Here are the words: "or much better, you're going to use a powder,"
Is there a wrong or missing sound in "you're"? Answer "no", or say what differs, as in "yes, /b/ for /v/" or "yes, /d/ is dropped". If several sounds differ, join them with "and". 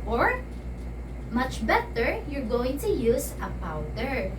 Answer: no